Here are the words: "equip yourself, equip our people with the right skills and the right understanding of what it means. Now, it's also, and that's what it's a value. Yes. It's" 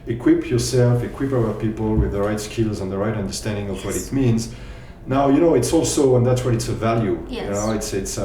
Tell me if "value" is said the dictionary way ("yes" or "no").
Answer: yes